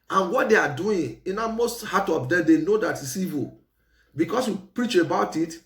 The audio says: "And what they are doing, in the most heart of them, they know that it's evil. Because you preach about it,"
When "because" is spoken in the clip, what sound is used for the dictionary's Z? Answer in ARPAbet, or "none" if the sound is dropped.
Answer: S